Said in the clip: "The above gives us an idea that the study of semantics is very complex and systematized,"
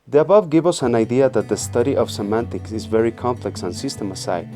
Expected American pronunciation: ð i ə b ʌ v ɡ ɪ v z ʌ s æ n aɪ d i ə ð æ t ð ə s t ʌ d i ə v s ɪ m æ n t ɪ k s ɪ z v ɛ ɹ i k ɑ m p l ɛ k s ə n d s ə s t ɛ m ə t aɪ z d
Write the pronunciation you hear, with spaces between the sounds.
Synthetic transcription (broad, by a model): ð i ə b ʌ v ɡ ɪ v ʌ s æ n aɪ d i ə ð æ t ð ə s t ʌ d i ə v s ɪ m æ n t ɪ k s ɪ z v ɛ ɹ i k ɑ m p l ɛ k s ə n s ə s t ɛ m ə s aɪ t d